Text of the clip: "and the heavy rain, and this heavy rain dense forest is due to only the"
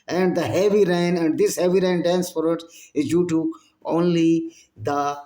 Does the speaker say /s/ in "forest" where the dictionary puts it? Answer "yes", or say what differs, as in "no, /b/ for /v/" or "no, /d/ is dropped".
no, /s/ is dropped